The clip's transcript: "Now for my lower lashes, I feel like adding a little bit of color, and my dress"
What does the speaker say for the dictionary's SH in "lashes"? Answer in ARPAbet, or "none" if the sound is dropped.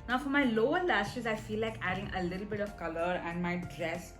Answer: S